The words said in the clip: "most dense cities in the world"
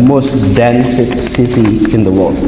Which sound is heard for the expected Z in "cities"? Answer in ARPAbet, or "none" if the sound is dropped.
none